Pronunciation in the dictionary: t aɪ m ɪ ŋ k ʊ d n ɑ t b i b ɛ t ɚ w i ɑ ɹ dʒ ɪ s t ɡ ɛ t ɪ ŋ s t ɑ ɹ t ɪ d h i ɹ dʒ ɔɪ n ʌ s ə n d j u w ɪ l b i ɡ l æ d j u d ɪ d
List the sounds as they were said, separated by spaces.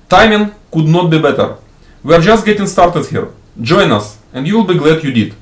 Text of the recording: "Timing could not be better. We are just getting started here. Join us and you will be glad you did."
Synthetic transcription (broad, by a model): t aɪ m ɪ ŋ k ʊ d n ɑ t b i b ɛ t ɚ w i ɑ ɹ dʒ ɪ s t ɡ ɛ t ɪ ŋ s t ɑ ɹ t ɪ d h i ɹ dʒ ɔɪ n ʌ s ə n d j u w ɪ l b i ɡ l æ d j u d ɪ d